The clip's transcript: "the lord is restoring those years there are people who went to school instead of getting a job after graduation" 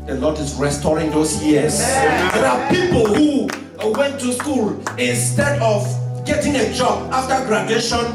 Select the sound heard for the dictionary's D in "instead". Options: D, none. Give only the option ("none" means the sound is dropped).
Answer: D